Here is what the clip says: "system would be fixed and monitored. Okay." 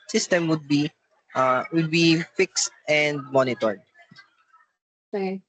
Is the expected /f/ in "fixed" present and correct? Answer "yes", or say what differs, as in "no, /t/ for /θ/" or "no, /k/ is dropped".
yes